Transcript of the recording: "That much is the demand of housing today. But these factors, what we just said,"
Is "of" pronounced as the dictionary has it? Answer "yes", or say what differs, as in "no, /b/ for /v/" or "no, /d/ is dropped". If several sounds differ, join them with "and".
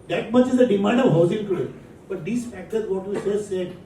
yes